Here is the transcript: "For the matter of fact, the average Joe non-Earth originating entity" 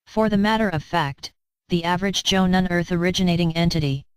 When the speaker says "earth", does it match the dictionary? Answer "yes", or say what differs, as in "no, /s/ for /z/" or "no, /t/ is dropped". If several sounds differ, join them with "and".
yes